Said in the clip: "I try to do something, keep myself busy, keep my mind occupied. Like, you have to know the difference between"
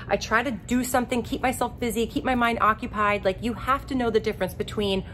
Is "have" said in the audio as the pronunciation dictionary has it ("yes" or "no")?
no